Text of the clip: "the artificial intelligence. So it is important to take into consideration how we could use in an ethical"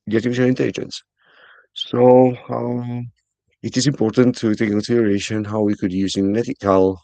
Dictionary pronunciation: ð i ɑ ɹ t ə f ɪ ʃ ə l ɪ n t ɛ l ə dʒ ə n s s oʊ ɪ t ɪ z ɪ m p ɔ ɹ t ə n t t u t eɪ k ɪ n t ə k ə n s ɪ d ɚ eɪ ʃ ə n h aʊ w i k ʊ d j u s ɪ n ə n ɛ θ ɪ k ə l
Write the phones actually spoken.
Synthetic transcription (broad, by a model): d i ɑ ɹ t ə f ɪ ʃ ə n ɪ n t ɛ l ə dʒ ə n s s oʊ ɪ t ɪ s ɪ m p ɔ t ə n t t u t eɪ k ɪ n s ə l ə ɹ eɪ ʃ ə n h aʊ w i k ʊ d j u s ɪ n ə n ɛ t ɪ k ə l